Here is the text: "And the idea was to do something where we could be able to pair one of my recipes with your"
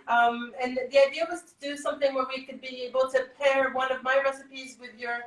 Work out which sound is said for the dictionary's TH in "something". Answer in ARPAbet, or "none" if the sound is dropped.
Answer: TH